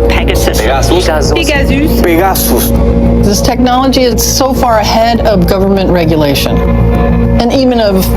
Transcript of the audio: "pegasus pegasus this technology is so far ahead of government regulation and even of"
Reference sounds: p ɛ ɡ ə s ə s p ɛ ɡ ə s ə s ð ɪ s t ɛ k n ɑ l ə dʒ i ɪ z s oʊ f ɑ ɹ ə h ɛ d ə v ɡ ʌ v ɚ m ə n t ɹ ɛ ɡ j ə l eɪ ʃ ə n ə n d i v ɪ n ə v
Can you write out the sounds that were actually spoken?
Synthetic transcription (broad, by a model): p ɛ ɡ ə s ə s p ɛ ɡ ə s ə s ð ɪ s t ɛ k n ɑ l ə dʒ i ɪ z s oʊ f ɑ ɹ ə h ɛ d ə v ɡ ʌ v ɚ m ə n t ɹ ɛ ɡ j ə l eɪ ʃ ə n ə n i v ɪ n ə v